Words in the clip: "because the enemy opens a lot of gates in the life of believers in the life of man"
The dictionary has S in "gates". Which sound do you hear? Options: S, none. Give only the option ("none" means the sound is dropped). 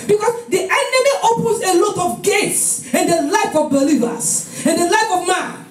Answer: S